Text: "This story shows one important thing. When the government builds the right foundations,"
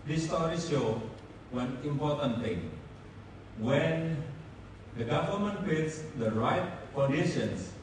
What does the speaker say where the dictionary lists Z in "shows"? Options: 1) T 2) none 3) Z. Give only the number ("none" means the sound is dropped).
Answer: 2